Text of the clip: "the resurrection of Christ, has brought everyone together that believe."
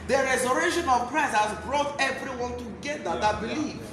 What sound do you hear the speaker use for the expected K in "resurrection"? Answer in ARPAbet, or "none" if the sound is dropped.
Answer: none